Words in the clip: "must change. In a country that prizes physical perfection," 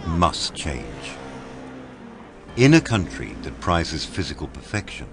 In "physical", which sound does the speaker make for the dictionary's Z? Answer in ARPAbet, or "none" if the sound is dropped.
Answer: Z